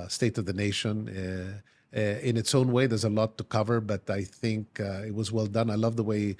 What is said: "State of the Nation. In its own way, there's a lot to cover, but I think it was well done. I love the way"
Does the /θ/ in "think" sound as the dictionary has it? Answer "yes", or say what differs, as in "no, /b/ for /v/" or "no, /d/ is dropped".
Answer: yes